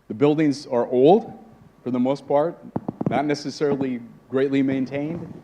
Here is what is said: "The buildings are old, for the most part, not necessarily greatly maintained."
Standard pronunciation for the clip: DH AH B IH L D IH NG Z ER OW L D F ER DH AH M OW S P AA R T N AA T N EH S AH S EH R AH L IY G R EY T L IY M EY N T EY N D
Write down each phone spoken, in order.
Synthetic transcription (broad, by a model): DH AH B IH L D IH NG Z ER OW L D F ER DH AH M OW S P AA R T N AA T N EH S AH S EH R L IY G R EY T L IY M EY N T EY N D